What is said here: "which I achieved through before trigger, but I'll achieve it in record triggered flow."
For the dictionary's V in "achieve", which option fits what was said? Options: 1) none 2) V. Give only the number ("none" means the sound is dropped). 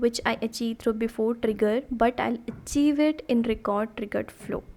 2